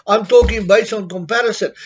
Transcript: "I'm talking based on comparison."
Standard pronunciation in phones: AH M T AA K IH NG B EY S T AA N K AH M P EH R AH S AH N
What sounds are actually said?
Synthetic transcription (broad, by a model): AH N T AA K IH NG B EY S AA N K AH M P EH R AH S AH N